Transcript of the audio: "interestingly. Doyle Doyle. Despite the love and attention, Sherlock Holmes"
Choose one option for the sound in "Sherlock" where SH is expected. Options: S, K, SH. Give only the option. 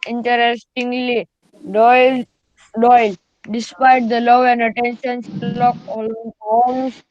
S